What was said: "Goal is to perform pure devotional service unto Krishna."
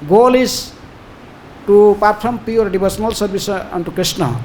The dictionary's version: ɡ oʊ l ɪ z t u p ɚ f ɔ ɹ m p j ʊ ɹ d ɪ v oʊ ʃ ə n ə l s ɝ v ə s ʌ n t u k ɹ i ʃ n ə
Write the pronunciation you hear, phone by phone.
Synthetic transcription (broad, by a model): ɡ oʊ l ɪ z t u p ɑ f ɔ m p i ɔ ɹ d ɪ b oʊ s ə n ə l s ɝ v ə s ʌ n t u k ɹ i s n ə